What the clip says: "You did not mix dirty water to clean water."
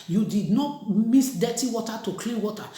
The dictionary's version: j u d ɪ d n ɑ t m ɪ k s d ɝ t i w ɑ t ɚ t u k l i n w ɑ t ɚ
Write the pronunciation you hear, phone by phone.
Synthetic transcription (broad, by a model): j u d ɪ d n ɑ t m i s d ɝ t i w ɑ t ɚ t u k l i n w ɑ t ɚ